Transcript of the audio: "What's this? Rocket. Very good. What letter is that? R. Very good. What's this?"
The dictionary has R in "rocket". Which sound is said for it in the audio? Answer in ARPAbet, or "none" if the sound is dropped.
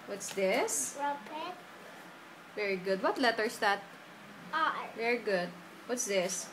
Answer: W